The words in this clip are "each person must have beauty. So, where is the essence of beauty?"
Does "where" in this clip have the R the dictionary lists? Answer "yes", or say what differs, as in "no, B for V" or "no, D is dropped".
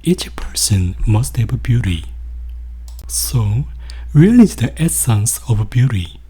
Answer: no, L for R